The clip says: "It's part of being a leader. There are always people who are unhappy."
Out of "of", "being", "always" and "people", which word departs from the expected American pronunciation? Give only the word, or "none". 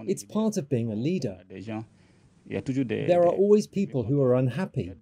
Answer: none